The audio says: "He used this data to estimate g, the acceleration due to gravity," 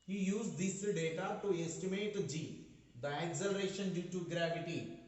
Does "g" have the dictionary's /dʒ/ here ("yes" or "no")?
yes